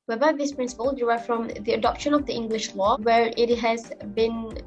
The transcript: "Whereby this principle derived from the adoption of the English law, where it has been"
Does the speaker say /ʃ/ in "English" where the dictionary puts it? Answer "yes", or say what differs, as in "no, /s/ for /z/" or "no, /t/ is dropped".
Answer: yes